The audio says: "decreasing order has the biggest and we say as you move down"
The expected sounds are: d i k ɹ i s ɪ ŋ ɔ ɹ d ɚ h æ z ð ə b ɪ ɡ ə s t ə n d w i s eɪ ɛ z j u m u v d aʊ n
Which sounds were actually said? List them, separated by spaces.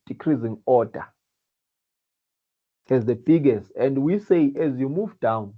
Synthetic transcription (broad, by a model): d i k ɹ i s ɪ ŋ ɔ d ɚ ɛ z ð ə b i ɡ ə s t ə n d w i s eɪ ɛ z j u m u v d aʊ n